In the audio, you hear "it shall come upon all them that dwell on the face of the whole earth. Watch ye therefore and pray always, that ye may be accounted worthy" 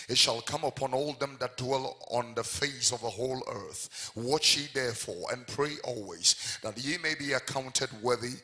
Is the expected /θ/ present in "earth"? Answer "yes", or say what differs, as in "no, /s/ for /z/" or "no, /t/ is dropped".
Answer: yes